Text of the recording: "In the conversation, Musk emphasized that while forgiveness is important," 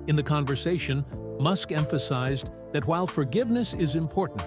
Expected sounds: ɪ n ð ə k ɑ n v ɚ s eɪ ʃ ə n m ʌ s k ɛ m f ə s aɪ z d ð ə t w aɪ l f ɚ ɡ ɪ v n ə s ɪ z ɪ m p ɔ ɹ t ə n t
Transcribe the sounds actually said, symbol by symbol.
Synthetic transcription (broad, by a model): ɪ n ð ə k ɑ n v ɚ s eɪ ʃ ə n m ʌ s k ɛ m f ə s aɪ z ð ə t w aɪ l f ɚ ɡ ɪ v n ə s ɪ z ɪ m p ɔ ɹ t n t